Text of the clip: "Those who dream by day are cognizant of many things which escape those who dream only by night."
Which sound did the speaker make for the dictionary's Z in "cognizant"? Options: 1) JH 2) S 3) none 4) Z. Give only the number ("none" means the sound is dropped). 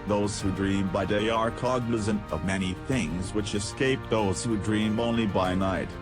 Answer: 4